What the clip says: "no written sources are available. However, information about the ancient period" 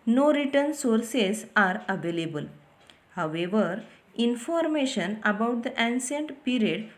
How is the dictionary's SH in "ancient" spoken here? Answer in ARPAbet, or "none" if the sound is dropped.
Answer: S